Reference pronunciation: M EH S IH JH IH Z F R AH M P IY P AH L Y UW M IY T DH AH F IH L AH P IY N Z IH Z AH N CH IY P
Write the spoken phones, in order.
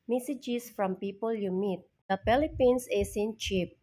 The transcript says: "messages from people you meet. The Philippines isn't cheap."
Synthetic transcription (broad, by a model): M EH S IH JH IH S F R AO M P IY P AH L Y UW M IY T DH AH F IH L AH P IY N S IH S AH N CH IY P